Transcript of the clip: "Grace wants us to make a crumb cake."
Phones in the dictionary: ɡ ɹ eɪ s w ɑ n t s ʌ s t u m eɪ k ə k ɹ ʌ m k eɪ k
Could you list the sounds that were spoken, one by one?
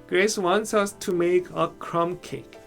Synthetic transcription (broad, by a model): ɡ ɹ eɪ s w ɑ n t s ʌ s t u m eɪ k ə k ɹ ʌ m k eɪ k